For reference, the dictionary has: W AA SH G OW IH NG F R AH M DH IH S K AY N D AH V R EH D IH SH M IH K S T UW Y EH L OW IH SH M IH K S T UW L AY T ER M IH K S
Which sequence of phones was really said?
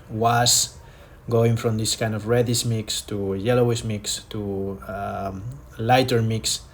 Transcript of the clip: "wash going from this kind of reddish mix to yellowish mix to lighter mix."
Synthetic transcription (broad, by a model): W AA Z G OW IH NG F R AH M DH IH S K AY N D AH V R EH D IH S M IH K S T UW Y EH L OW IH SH M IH K S T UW L AY T ER M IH K S